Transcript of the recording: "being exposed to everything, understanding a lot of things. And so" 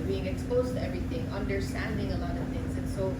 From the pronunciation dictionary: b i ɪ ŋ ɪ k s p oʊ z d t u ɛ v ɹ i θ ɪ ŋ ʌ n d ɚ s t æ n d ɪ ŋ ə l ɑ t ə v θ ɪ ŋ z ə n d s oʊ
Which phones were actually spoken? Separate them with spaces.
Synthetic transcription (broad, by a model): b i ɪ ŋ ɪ k s p oʊ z t u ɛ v ɹ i t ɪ ŋ ʌ n d ɚ s t æ n d ɪ ŋ ə l ɑ t ə v t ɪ ŋ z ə n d s oʊ